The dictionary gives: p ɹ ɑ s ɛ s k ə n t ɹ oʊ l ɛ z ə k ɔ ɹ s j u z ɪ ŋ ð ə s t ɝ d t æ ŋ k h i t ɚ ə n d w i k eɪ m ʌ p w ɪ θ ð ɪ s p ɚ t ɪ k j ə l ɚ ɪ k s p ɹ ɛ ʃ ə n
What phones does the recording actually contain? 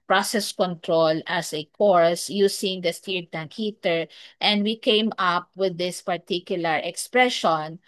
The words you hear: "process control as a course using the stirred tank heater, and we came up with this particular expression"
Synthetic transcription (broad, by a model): p ɹ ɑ s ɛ s k ə n t ɹ oʊ l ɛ s ə k ɔ ɹ s j u s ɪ ŋ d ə s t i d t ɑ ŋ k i t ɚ ə n d w i k eɪ m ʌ p w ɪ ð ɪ s p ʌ t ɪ k j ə l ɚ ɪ k s p ɹ ɛ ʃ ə n